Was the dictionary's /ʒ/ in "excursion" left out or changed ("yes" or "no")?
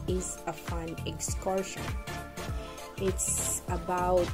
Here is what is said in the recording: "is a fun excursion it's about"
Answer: yes